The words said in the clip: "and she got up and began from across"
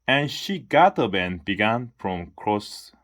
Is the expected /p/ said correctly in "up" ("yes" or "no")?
no